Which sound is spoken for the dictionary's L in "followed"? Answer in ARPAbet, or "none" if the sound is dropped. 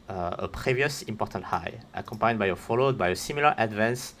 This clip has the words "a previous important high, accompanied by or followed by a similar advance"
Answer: L